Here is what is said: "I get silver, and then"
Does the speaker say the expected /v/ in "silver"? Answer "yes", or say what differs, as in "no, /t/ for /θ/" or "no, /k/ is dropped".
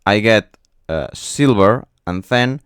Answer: no, /b/ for /v/